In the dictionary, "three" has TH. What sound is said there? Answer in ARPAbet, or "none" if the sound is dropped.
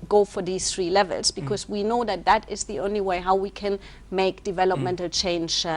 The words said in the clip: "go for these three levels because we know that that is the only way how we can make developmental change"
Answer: TH